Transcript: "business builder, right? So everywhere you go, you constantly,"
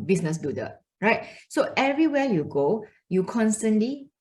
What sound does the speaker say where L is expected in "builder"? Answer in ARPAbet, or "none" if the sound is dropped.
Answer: none